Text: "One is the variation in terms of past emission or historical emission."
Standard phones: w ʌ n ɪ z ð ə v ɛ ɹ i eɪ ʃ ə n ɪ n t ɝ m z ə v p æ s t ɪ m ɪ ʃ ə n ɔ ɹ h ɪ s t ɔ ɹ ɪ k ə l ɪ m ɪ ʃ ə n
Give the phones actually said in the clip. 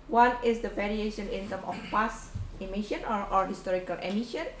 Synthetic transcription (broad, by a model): w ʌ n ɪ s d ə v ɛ ɹ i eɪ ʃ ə n ɪ n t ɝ m ə f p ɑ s ɪ m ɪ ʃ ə n ɔ ɹ h ɪ s t ɔ ɹ ɪ k ə l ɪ m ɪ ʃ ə n